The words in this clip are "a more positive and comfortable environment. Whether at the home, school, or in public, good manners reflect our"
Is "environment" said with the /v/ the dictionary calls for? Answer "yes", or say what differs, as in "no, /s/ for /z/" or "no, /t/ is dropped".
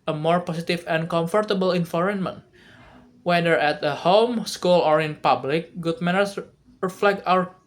no, /f/ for /v/